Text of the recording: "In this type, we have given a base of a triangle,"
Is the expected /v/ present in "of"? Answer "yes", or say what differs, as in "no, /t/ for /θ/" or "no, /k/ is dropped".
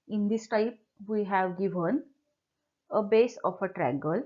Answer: no, /p/ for /v/